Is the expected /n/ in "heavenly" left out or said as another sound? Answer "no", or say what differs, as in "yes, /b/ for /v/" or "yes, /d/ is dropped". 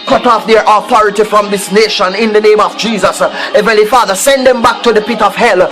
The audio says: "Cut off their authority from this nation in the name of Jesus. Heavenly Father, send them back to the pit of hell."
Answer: yes, /n/ is dropped